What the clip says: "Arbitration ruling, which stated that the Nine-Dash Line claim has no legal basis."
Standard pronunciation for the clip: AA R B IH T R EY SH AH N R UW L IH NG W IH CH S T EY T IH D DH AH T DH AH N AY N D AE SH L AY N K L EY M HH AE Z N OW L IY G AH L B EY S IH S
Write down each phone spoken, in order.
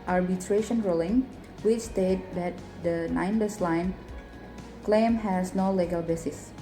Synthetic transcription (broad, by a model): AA R B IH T R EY SH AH N R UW L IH NG W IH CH S T EY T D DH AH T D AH N AY N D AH S L AY N K L EY M HH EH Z N OW L IY G AH L B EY S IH S